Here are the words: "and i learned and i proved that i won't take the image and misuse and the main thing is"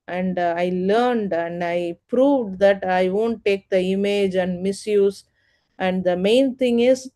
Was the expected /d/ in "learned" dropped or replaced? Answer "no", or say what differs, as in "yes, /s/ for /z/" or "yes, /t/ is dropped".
no